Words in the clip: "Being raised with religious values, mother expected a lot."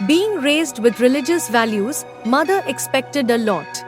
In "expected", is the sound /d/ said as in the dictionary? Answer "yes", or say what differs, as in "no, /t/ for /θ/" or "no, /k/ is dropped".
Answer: yes